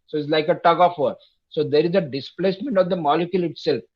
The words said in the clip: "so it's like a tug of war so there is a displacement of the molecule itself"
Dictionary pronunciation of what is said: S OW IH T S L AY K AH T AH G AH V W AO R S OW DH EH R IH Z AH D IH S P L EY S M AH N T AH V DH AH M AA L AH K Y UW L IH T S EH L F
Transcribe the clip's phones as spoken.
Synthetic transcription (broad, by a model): S OW IH T S L AY K AH T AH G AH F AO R S OW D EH R IH Z AH D IH S P L EY S M AH N T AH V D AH M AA L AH K Y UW L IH T S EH L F